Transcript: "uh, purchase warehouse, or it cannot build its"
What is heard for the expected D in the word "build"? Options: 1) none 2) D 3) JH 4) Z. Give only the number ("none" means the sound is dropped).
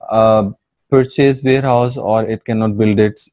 2